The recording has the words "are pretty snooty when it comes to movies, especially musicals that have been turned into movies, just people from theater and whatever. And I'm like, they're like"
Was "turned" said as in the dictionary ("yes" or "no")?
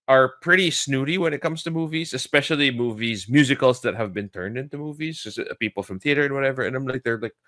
yes